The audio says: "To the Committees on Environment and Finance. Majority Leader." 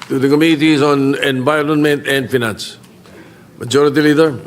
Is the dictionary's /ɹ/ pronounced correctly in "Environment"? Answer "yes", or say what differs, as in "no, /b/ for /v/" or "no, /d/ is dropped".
no, /l/ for /ɹ/